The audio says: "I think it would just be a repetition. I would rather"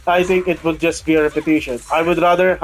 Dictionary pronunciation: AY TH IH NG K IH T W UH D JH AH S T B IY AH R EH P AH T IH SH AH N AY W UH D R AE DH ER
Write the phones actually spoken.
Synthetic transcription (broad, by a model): AY T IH NG K IH T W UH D JH AH S T B IY AH R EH P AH T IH SH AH N AY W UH D R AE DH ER